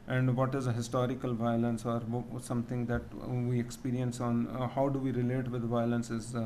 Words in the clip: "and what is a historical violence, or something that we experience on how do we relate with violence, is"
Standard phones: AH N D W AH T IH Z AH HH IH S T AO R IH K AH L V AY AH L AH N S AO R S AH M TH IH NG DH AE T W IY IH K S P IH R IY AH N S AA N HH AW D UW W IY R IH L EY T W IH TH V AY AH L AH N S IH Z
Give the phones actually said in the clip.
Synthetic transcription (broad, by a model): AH N D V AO T IH Z AH HH IH S T AO R IH K AH L V AY AH L AH N S AO R S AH M T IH NG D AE T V IY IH K S P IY R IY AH N S AA N HH AW D UW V IY R IH L EY T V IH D V AY AH L AH N S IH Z